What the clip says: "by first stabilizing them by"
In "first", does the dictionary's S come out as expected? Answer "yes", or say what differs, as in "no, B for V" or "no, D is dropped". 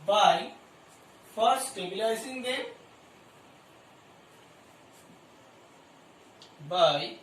no, S is dropped